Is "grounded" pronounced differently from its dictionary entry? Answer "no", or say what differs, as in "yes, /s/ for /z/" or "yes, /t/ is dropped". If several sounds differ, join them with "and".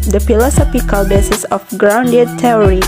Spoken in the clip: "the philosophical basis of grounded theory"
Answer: no